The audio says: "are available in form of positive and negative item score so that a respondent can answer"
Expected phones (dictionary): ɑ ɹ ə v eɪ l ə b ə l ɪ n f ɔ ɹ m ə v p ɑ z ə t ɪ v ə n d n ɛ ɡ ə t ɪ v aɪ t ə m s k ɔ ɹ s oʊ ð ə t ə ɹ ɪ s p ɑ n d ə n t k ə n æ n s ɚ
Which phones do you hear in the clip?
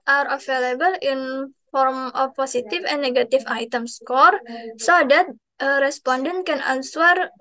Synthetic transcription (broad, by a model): ɑ ɹ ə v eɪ l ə b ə l ɪ n f ɔ ɹ m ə f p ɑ s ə t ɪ f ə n n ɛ ɡ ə t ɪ f aɪ t ə m s k ɔ ɹ s oʊ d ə t ə ɹ ɪ s p ɑ n d ə n t k ə n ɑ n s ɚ